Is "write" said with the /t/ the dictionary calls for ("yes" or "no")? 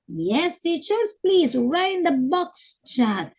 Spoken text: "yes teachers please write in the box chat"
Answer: no